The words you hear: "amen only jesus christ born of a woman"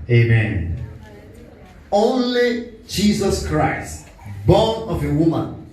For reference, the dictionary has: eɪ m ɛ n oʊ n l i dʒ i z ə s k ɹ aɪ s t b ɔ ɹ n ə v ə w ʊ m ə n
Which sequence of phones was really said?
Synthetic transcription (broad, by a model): eɪ m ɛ n oʊ n l i dʒ i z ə s k ɹ aɪ s t b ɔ n ə v ə w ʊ m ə n